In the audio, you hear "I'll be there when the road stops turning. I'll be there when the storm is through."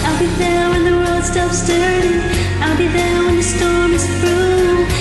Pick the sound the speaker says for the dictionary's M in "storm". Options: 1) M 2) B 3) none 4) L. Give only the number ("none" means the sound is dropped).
1